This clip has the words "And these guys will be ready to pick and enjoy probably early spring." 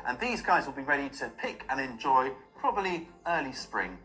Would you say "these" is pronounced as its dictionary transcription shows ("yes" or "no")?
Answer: yes